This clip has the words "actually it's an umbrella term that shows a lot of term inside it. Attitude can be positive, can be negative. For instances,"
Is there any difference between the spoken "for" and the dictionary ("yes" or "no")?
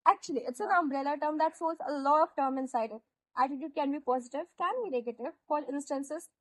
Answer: yes